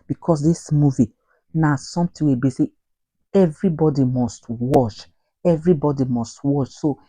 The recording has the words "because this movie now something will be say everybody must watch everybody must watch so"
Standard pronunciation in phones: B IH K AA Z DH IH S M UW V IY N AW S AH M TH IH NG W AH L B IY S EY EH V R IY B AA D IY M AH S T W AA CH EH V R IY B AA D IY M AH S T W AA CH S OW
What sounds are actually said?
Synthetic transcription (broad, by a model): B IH K AA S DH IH S M UW V IY N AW S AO M T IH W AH B IY S EY EH V R IY B AA D IY M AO S T W AA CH EH V R IY B AA D IY M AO S T W AA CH S OW